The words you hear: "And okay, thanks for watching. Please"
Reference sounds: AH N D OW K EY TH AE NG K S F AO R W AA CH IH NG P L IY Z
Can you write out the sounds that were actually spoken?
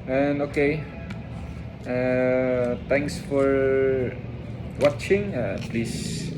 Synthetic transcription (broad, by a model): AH N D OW K EY T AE NG K S F AO R W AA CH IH NG P L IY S